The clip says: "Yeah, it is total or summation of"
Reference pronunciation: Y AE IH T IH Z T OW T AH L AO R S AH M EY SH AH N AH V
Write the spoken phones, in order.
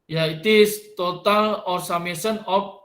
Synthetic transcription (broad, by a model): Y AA IH T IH S T OW T AH L AO R S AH M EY S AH N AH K